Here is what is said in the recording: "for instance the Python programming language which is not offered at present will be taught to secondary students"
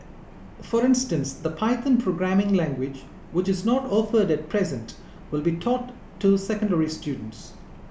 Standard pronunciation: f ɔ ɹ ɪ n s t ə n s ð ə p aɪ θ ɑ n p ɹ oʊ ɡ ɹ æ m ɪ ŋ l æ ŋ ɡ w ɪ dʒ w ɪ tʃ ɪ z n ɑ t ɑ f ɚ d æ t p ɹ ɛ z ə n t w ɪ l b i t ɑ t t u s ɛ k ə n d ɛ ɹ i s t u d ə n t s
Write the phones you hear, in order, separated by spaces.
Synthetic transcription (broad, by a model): f ɔ ɹ ɪ n s t ə n s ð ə p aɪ t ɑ n p ɹ oʊ ɡ ɹ æ m ɪ ŋ l æ ŋ ɡ w ɪ dʒ w ɪ tʃ ɪ z n ɑ t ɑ f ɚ d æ t p ɹ ɛ z ə n t w ɪ l b i t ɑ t t u s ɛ k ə n d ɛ ɹ i s t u d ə n t s